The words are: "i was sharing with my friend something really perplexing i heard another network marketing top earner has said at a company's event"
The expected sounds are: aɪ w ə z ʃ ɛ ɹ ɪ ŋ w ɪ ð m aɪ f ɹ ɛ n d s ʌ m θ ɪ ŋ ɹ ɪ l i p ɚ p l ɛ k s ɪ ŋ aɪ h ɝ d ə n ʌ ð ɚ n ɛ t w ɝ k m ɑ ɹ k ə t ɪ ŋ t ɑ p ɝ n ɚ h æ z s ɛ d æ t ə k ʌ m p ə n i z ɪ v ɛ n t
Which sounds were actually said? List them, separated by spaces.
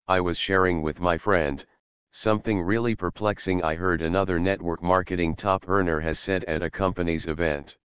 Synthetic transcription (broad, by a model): aɪ w ə z ʃ ɛ ɹ ɪ ŋ w ɪ ð m aɪ f ɹ ɛ n d s ʌ m θ ɪ ŋ ɹ ɪ l i p ɚ p l ɛ k s ɪ ŋ aɪ h ɝ d ə n ʌ ð ɚ n ɛ t w ɝ k m ɑ ɹ k ə t ɪ ŋ t ɑ p ɝ n ɚ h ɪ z s ɛ d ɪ t ə k ʌ m p ə n i z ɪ v ɛ n t